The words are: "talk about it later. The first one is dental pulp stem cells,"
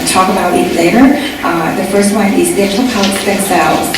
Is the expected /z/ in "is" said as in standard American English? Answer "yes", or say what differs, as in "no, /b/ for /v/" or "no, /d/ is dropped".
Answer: yes